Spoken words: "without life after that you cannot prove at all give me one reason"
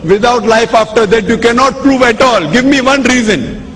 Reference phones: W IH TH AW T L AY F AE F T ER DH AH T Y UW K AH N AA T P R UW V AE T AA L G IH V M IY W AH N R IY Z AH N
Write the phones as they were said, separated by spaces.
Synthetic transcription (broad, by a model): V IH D AW T L AY F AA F T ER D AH T Y UW K AH N AA T P R UW V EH T AA L G IH V M IY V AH N R IY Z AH N